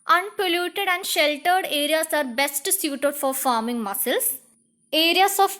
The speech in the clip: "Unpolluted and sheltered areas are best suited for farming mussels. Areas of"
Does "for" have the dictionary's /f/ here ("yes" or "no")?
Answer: yes